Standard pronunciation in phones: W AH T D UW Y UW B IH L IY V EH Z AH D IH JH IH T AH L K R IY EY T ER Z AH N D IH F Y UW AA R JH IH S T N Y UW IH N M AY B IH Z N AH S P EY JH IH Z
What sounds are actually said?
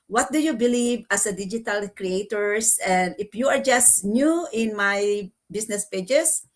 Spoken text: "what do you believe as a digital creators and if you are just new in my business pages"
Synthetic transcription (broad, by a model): W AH T D UW Y UW B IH L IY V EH S AH D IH JH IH T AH L K R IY EY T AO S AH N D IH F Y UW AA R JH IH S T N Y UW IH N M AY B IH S N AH S P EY JH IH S